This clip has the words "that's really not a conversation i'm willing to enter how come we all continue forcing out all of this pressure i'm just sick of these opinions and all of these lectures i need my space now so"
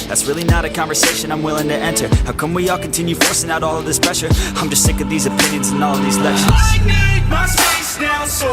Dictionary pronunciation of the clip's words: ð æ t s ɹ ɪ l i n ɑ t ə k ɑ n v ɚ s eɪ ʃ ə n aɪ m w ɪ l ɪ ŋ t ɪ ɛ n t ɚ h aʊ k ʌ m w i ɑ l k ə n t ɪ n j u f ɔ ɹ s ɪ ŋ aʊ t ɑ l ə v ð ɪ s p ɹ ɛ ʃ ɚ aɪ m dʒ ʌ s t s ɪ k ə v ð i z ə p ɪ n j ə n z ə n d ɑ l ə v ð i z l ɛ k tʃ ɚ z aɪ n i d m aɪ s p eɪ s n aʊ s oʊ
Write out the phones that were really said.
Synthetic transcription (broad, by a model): ð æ t s ɹ ɪ l i n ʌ t ə k ɑ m v ɚ s eɪ ʃ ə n aɪ m w ɪ l ɪ ŋ t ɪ ɛ n t ɚ h aʊ k ʌ m w i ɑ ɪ k n t ɪ n j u f ɔ ɹ s ɪ ŋ aʊ t ɑ l ə v ð ɪ s p ɹ ɛ ʃ ɚ aɪ m dʒ ʌ s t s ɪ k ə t ð i z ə p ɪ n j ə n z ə n ɑ l ə v ð i z l ɛ k ʃ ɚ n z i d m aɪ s eɪ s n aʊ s